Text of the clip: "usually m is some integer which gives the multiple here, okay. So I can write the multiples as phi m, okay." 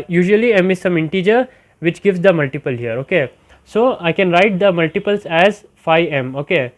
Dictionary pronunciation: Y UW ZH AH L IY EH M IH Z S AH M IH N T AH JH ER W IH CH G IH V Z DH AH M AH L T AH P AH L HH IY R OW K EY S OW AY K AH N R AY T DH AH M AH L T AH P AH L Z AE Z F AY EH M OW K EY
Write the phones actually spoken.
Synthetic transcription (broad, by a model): Y UW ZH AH L IY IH M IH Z S AH M IH N T AH JH ER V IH CH G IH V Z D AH M AH L T AH P AH L HH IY R OW K EY S OW AY K AH N R AY T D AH M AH L T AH P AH L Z AE Z F AY EH M OW K EY